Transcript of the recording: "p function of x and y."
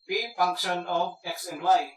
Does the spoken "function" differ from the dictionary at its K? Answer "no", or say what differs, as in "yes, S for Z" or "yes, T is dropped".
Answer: no